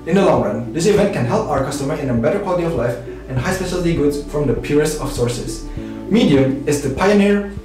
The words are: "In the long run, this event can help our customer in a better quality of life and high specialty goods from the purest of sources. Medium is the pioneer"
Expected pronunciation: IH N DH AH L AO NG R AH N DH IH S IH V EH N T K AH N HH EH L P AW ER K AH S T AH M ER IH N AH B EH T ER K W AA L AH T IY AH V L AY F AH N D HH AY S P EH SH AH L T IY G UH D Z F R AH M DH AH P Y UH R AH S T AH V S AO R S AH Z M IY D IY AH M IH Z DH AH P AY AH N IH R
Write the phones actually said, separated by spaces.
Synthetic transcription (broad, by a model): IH N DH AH L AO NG R AH N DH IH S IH V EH N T K AH N HH EH L P AW ER K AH S T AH M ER IH N AH B EH T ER K W AA L AH T IY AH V L AY F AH N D HH AY S P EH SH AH L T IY G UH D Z F R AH M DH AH P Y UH R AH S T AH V S AO R S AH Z M IY D IY AH M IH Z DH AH P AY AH N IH R